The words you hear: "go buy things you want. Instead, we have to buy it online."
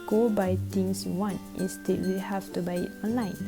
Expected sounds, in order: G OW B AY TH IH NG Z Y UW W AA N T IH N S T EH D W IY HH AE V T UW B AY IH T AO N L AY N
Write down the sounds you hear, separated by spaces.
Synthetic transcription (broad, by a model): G OW B AY T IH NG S W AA N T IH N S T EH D W IY HH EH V T UW B AY IH T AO N L AY N